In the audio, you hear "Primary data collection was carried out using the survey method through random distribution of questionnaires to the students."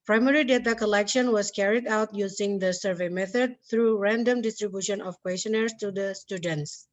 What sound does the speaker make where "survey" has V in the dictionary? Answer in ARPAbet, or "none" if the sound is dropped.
V